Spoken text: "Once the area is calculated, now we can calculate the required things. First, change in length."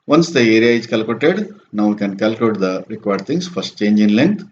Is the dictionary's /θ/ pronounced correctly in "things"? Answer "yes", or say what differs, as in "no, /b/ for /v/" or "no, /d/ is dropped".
no, /t/ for /θ/